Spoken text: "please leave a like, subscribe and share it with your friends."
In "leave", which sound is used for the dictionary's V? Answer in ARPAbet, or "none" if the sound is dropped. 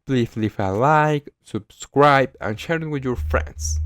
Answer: F